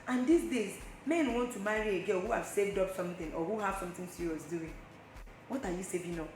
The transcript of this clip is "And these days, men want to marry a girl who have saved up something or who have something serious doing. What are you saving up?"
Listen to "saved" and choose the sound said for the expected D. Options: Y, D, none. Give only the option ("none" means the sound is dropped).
D